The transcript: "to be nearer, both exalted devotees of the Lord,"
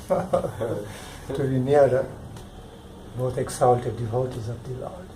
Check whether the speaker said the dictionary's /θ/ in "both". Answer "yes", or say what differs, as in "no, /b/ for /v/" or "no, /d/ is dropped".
no, /t/ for /θ/